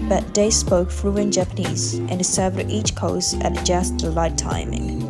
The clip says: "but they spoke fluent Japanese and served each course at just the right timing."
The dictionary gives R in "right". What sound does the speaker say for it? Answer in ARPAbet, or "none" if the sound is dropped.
L